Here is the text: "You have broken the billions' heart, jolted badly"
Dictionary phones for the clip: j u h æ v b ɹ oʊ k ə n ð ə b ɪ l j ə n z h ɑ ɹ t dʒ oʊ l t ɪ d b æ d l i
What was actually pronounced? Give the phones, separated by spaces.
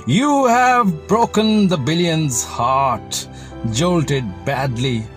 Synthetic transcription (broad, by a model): j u h æ v b ɹ oʊ k ə n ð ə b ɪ l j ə n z h ɑ ɹ t dʒ oʊ l t ɪ d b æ d l i